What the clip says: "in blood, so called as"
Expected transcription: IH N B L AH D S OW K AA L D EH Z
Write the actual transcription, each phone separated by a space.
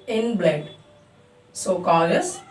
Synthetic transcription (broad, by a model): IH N B L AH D S OW K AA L AH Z